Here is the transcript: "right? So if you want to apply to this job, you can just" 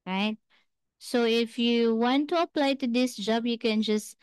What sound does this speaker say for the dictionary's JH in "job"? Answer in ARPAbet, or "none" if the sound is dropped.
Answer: JH